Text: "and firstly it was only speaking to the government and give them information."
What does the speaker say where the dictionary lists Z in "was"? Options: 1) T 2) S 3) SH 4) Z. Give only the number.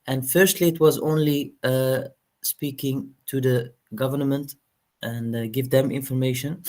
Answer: 4